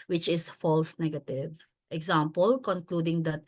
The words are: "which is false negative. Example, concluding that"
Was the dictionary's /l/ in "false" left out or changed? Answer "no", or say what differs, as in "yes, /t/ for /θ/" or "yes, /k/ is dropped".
no